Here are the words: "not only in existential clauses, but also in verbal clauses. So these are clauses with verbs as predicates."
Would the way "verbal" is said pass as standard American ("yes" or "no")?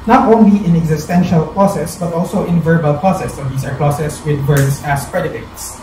yes